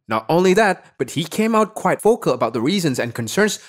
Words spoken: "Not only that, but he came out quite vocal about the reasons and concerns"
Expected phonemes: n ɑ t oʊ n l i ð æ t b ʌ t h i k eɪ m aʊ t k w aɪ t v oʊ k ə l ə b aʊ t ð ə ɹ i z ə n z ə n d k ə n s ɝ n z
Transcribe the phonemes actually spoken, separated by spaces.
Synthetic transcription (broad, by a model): n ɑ t oʊ n l i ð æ t b ʌ t h i k eɪ m aʊ t k w aɪ t f oʊ k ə l ə b aʊ t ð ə ɹ i z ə n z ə n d k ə n s ɝ n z